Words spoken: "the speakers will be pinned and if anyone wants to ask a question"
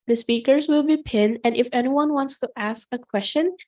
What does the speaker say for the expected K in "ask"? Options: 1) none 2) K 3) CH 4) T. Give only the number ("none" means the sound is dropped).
2